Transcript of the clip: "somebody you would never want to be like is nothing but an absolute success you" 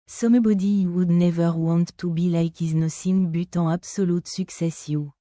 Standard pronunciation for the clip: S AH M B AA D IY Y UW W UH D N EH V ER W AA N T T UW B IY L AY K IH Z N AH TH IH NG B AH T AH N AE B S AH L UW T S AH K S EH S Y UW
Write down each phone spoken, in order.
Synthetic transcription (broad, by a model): S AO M B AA D IY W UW D N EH V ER W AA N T T UW B IY L AY K IH Z N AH S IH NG B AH T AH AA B S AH L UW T S AH K S EH S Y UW